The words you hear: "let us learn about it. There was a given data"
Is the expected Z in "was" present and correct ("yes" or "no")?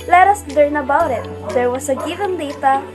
no